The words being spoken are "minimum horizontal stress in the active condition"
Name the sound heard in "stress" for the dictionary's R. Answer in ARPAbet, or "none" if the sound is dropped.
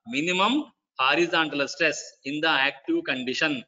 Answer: R